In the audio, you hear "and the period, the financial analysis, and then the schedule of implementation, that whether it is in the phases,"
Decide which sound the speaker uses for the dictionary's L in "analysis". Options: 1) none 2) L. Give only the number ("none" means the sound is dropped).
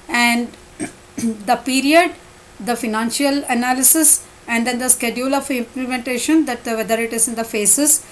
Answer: 2